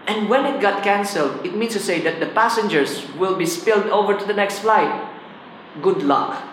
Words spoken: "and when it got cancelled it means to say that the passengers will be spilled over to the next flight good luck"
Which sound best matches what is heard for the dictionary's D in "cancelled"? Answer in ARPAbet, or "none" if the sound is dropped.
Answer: D